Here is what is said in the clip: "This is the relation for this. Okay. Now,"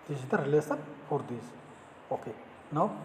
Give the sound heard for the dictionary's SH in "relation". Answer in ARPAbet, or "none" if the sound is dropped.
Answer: S